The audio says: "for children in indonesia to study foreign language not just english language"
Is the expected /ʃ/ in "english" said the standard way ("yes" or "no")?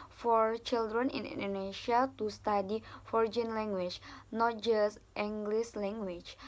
no